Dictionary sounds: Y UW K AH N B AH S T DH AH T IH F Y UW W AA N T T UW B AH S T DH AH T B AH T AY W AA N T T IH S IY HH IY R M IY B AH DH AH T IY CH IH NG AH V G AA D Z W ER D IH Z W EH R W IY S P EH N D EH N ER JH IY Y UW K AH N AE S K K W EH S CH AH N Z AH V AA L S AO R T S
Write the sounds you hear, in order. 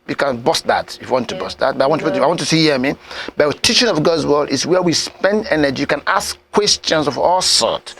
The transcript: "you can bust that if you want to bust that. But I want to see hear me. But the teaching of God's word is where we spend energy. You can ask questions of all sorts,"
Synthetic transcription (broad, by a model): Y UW K AH N B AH S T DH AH T IH F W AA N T T UW B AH S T DH AH T B AH T AY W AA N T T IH S IY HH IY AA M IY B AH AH T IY CH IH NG AH V G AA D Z W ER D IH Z W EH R W IY S P EH N D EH N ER JH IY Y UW K AH N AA S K K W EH S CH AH N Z AH V AA L S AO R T